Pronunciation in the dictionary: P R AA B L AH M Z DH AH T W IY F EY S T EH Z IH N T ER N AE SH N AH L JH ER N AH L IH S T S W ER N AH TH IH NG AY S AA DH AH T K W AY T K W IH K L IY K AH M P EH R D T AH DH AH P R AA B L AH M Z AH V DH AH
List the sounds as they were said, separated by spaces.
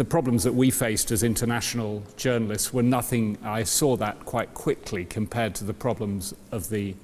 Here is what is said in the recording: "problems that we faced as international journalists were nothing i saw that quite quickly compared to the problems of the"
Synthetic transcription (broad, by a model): P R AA B L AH M Z DH AH T W IY F EY S T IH Z IH N T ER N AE SH N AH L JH ER N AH L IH S T S W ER N AH TH IH NG AY S AA DH AH T K W AY T K W IH K L IY K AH M P EH D T AH DH AH P R AA B L AH M Z AH V DH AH